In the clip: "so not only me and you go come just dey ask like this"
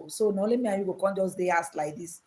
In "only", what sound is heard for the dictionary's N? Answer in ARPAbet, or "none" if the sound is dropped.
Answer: none